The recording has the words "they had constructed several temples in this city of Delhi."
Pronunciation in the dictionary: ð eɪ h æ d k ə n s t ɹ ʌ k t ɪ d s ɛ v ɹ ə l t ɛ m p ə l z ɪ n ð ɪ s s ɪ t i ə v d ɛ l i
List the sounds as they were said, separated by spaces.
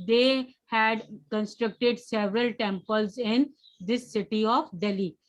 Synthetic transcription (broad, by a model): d eɪ h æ d k ə n s t ɹ ʌ k t ɪ d s ɛ v ɹ ə l t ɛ m p ə l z ɪ n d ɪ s s ɪ t i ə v d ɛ l i